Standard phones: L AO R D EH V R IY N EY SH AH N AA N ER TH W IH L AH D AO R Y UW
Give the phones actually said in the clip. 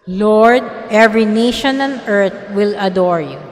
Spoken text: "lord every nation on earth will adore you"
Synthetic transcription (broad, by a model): L AO R D EH V R IY N EY SH AH N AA N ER T W IH L AH D AO R Y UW